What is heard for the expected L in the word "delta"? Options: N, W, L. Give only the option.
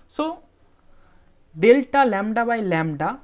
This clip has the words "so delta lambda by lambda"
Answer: L